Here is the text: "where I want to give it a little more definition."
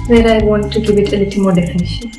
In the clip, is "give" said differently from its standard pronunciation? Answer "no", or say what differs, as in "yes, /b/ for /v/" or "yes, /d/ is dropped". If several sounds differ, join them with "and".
yes, /b/ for /v/